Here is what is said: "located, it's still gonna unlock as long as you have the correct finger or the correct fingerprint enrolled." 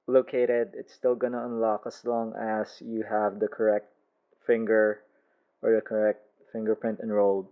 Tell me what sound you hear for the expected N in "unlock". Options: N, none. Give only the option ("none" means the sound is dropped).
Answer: N